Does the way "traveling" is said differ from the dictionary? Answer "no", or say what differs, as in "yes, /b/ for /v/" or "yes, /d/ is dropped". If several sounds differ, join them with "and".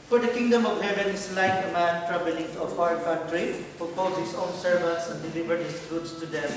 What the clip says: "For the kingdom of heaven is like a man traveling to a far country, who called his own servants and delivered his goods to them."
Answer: yes, /b/ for /v/